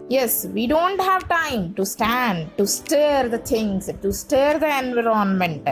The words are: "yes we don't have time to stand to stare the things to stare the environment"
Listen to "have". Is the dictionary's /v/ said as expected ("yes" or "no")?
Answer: yes